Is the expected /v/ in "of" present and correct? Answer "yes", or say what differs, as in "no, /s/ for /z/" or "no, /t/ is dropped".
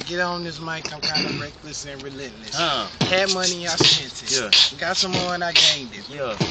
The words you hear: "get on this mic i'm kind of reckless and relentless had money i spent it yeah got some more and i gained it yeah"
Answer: no, /b/ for /v/